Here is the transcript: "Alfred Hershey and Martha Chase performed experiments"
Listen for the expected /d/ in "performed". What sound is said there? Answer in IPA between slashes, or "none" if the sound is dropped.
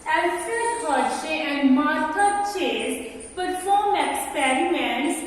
none